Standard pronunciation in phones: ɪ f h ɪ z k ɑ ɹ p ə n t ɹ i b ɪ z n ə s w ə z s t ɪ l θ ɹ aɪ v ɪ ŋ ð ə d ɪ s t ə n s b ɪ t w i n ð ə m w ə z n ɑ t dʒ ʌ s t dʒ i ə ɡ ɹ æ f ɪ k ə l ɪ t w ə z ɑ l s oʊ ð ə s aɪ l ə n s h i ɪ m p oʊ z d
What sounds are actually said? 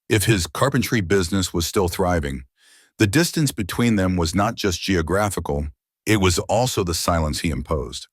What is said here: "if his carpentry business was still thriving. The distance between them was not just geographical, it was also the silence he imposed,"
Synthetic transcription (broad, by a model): ɪ f h ɪ z k ɑ ɹ p n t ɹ i b ɪ z n ə s w ə z s t ɪ l θ ɹ aɪ v ɪ ŋ ð ə d ɪ s t ə n s b ɪ t w i n ð ə m w ə z n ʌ t dʒ ʌ s t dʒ i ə ɡ ɹ æ f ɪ k l ɪ t w ə z ɑ l s oʊ ð ə s aɪ l ə n s h i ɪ m p oʊ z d